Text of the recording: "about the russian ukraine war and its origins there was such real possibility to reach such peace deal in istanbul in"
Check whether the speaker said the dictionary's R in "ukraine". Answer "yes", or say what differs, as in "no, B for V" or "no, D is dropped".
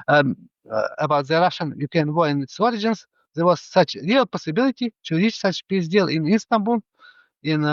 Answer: no, R is dropped